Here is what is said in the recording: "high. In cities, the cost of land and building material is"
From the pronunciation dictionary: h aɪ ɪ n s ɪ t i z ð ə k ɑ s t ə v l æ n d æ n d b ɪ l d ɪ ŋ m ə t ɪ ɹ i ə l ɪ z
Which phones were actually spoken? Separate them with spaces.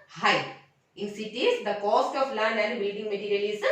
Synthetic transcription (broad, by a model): h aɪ ɪ n s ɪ t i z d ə k ɑ s t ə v l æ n d æ n d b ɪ l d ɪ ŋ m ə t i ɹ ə l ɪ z